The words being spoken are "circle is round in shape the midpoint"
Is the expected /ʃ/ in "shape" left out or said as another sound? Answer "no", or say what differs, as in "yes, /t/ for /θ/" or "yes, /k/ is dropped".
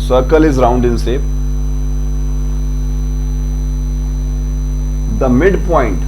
yes, /s/ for /ʃ/